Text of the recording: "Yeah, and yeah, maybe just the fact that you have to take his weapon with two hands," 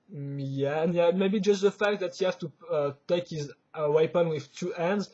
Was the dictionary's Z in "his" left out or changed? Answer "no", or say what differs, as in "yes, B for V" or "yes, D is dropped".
no